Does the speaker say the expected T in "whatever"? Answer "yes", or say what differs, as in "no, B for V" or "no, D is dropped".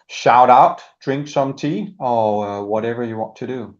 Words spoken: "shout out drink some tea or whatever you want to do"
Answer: yes